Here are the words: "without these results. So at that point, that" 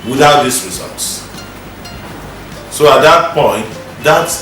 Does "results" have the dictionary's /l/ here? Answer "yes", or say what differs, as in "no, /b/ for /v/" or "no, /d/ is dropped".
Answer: yes